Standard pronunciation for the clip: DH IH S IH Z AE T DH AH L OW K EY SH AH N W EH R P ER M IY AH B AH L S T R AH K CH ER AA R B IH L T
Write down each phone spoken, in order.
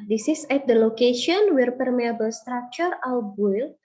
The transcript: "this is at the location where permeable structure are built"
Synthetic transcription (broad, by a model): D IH S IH S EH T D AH L OW K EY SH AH N W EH R P ER M IY AH B AH L S T R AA K CH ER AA W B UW L